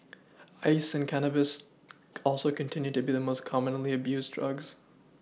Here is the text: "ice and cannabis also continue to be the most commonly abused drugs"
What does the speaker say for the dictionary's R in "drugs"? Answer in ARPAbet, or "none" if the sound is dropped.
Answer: R